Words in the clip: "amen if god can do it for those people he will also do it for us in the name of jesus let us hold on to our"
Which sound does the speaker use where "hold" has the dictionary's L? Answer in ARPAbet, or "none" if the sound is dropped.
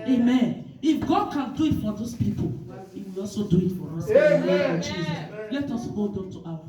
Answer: none